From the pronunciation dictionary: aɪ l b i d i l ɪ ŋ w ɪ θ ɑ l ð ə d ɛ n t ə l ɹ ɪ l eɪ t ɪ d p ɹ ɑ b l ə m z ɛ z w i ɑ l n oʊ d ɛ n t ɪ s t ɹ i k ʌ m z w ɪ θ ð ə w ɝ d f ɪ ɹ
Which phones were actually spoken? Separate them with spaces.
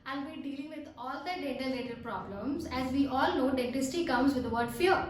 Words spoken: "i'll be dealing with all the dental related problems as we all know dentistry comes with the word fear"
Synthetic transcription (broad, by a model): aɪ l b i d i l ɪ ŋ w ɪ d ɑ l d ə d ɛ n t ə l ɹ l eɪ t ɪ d p ɹ ɑ b l ə m z ɛ z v i ɑ l n oʊ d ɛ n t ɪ s t i k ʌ m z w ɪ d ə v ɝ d f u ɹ